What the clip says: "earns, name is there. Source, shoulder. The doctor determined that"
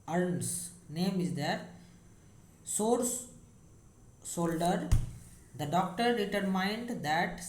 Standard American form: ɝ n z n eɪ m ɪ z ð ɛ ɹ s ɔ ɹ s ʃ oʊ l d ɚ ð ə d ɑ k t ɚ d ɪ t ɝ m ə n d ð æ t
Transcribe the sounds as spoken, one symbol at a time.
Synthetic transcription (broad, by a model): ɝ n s n eɪ m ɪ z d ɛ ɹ s ɔ ɹ s s oʊ l d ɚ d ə d ɑ k t ɚ d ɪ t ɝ m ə n d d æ t